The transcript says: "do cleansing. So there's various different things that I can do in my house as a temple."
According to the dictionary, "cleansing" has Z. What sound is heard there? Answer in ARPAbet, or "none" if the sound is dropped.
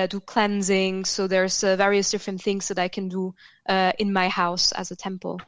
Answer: Z